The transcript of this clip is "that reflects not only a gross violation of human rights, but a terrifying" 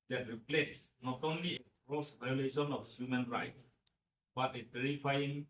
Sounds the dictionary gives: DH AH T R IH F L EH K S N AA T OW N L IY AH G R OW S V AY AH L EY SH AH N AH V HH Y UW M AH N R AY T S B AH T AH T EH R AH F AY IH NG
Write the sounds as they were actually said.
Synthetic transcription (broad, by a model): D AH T R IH P L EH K S N AA T OW N L IY AH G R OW S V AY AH L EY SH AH N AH F HH Y UW M AH N R AY T S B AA T AH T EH R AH F AY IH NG